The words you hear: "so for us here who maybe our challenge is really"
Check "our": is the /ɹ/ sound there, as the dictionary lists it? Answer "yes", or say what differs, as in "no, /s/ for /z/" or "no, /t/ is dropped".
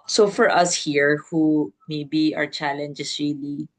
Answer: yes